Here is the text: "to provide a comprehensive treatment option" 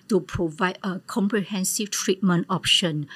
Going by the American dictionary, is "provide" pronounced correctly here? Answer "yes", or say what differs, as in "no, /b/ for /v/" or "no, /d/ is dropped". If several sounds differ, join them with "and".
yes